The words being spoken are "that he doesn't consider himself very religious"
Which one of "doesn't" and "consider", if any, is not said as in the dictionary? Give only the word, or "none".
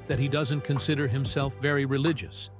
none